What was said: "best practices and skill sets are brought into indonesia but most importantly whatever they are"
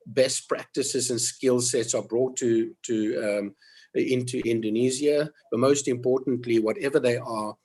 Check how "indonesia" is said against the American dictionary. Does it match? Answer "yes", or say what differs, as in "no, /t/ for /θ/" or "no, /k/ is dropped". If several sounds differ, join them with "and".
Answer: no, /z/ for /ʒ/